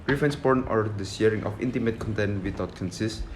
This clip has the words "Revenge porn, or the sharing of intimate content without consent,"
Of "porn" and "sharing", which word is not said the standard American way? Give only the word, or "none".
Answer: sharing